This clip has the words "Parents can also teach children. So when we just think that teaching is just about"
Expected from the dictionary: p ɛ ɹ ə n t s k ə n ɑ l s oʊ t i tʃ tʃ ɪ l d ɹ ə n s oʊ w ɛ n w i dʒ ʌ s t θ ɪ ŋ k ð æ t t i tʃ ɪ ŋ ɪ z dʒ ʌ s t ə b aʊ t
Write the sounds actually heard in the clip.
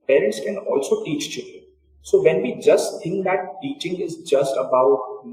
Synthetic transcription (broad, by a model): p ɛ ɹ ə n t s k ə n ɑ l s oʊ t i tʃ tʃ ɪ d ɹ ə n s oʊ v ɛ n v i dʒ ʌ s t t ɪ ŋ k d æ t t i tʃ ɪ ŋ ɪ z dʒ ʌ s t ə b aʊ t